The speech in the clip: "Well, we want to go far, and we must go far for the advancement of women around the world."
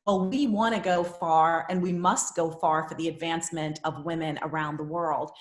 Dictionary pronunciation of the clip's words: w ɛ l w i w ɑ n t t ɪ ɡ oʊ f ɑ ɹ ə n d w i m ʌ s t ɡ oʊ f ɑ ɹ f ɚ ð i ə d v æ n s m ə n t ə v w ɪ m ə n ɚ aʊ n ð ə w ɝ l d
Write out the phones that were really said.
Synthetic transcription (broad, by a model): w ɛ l w i w ɑ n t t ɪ ɡ oʊ f ɑ ɹ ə n w i m ʌ s t ɡ oʊ f ɑ ɹ f ɚ ð i ə d v æ n s m ə n t ə v w ɪ m ə n ɚ aʊ n ð ə w ɝ l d